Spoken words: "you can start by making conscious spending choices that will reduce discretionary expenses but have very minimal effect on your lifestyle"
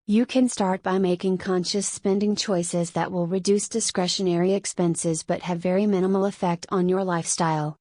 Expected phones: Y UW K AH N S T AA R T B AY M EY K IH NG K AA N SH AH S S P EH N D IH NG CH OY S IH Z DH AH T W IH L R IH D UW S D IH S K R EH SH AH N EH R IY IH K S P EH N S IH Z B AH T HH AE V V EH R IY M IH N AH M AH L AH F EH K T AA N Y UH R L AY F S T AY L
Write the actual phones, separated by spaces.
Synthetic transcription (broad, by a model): Y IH K AH N S T AA R T B AY M EY K IH NG K AA N SH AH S S P EH N D IH NG CH OY S IH Z DH AH T W IH L R IH D UW S D IH S K R EH SH AH N EH R IY IH K S P EH N S IH Z B AH T HH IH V V EH R IY M IH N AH M L AH F EH K T N Y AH R L AY F S T AY L